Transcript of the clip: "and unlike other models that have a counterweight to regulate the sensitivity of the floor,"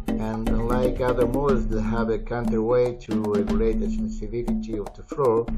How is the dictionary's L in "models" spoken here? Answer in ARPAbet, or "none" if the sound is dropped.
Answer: none